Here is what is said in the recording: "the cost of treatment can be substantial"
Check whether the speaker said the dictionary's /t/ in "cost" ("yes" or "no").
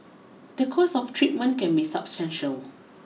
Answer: no